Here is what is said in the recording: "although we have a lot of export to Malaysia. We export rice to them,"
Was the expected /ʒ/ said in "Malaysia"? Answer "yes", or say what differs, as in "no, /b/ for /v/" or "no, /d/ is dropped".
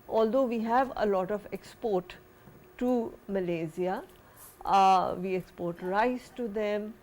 no, /z/ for /ʒ/